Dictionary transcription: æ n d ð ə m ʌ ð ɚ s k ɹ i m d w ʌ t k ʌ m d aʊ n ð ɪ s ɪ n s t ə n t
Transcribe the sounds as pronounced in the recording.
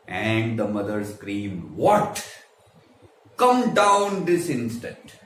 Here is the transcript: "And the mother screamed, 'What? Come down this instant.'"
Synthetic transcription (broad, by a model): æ n d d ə m ʌ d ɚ s k ɹ i m d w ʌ t k ʌ m d aʊ n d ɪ s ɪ n s t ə n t